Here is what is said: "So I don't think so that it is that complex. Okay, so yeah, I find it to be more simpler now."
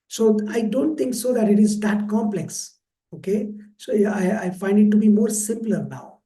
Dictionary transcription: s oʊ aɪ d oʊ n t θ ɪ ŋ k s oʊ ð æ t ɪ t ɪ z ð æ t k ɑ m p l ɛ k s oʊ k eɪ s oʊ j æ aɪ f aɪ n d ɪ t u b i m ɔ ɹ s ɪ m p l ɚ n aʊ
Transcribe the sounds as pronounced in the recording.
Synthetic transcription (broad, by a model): s oʊ aɪ d oʊ n t t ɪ ŋ k s oʊ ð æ t ɪ t ɪ z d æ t k ɑ m p l ɛ k s oʊ k eɪ s oʊ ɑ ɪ aɪ f aɪ n d ɪ t u b i m ɔ ɹ s ɪ m p l ɚ n aʊ